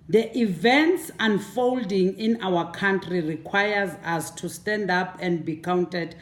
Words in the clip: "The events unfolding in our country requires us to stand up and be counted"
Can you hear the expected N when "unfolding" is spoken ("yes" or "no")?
yes